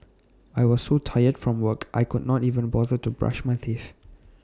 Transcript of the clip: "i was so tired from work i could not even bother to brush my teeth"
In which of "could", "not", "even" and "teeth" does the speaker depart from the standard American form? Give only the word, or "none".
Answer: teeth